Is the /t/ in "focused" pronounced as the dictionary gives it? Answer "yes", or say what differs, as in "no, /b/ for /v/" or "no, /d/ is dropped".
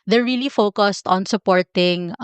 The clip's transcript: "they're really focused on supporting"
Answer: yes